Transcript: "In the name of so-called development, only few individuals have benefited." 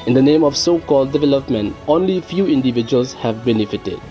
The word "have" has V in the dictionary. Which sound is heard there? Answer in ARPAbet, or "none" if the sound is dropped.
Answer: V